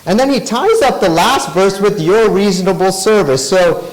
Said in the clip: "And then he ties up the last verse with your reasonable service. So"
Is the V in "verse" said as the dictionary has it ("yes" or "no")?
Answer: yes